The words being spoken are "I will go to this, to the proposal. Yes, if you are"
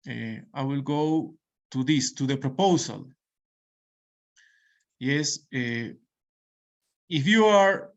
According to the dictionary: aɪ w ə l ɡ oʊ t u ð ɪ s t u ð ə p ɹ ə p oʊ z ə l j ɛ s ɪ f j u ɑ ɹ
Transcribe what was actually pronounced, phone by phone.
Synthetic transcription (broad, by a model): aɪ w ə l ɡ oʊ t u ð ɪ s t u ð ə p ɹ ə p oʊ s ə l j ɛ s ɪ f j u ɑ ɹ